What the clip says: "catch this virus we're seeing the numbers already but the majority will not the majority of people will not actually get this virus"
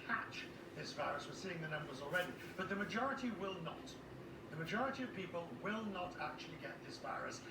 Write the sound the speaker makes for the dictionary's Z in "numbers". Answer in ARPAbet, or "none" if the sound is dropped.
Z